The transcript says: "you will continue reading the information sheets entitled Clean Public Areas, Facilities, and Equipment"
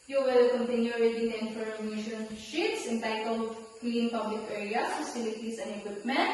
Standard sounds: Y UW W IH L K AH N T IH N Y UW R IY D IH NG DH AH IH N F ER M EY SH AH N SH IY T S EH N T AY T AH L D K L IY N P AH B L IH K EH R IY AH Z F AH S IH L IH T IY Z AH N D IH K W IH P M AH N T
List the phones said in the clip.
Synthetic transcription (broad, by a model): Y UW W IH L K AH N T IH N Y UW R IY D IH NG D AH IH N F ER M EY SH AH N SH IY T S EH N T AY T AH L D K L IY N P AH B L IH K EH R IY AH S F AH S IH L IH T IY S AH N D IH K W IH P M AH N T